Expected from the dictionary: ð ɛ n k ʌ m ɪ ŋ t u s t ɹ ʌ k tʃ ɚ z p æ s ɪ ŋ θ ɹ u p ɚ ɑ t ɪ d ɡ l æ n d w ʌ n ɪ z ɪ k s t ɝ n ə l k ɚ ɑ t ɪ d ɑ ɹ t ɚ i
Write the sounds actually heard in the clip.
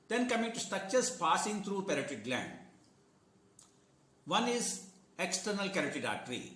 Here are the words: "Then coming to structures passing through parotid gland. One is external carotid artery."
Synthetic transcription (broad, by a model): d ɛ n k ʌ m ɪ ŋ t u s t ʌ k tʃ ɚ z p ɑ s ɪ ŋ t ɹ u p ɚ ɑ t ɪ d ɡ l æ n d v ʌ n ɪ z ɪ k s t ɝ n ə l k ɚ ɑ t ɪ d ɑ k t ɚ i